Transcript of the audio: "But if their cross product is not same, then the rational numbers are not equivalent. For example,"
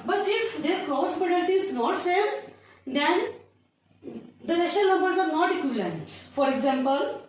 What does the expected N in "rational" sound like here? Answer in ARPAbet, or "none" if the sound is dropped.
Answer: none